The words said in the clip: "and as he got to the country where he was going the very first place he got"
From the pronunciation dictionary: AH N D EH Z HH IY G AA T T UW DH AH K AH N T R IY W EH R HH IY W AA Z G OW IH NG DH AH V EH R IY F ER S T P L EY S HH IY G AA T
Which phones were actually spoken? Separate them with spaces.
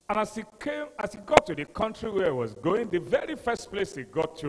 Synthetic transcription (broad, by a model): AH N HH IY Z HH IY G AA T T UW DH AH K AH N T R IY W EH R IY W AA Z G OW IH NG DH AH V EH R IY F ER S T P L EY S HH IY G AA T